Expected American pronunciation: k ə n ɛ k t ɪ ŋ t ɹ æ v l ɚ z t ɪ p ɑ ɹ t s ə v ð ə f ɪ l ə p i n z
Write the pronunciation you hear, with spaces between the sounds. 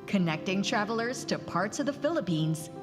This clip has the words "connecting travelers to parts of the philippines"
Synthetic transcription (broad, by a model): k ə n ɛ k t ɪ ŋ t ɹ æ v l ɚ z t ɪ p ɑ ɹ t s ə v ð ə f ɪ l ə p i n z